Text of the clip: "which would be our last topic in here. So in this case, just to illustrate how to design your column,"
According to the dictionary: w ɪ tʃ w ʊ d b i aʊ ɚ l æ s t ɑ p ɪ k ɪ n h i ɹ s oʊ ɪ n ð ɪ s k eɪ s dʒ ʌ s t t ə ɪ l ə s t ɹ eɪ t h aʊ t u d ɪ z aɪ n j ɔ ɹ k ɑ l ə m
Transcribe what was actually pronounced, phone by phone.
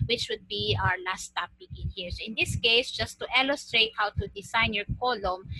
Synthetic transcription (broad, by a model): w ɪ tʃ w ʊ d b i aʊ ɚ l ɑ s t ɑ p ɪ k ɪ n h i ɹ s oʊ ɪ n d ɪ s k eɪ s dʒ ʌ s t t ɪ l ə s t ɹ eɪ t h aʊ t u d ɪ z aɪ n j ɔ ɹ k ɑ l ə m